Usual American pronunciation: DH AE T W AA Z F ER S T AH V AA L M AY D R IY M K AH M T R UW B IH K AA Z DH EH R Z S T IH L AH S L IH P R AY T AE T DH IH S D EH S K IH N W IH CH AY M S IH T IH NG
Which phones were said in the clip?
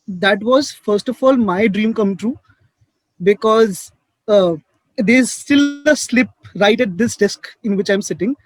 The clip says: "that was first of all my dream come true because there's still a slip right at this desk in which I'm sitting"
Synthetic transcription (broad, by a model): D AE T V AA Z F ER S T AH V AA L M AY D R IY M K AH M T R UW B IH K AA Z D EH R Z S T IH L AH S L IH P R AY T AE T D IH S D EH S K IH N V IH CH AY M S IH T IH NG